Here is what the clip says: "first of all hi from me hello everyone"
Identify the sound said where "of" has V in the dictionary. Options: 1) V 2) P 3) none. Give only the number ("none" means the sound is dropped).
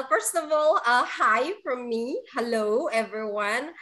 1